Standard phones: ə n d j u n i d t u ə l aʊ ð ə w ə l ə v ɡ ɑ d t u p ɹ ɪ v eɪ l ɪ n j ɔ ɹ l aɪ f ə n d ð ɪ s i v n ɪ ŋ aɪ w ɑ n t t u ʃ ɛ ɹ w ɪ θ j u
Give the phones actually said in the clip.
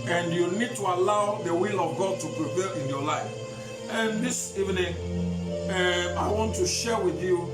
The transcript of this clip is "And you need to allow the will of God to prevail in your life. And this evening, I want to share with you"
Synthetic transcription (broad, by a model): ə n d j u n i d t u ə l aʊ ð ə w ə l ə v ɡ ɑ d t u p ɹ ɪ p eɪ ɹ ɪ n j ɔ l aɪ f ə n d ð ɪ s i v n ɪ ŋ aɪ w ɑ n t t u ʃ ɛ w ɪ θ j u